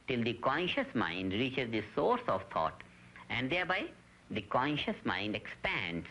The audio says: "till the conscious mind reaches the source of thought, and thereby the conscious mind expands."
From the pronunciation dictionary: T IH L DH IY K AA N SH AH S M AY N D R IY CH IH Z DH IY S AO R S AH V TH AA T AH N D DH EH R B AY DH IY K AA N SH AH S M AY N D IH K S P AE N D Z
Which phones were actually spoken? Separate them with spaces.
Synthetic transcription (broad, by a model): T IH L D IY K AA N SH AH S M AY N D R IY CH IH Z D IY S AO R S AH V T AA T AH N D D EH R B AY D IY K AA N SH AH S M AY N D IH K S P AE N D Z